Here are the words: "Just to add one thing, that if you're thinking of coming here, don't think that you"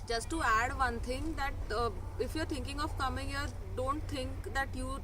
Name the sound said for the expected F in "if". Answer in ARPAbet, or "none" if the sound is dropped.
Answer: F